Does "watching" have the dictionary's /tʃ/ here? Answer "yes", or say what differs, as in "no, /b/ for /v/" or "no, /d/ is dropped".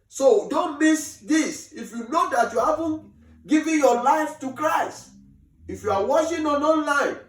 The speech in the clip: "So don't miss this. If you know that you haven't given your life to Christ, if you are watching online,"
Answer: no, /ʃ/ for /tʃ/